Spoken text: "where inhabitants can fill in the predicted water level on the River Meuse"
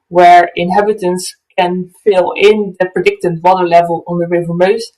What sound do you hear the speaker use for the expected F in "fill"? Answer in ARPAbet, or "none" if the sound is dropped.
F